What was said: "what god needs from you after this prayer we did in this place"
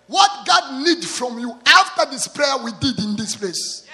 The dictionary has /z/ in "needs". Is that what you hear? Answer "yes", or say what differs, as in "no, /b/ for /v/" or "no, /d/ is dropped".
no, /z/ is dropped